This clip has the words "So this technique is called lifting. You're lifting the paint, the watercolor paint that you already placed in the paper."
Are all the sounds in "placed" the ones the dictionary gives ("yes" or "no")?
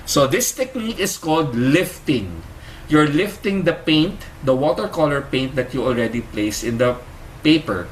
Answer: no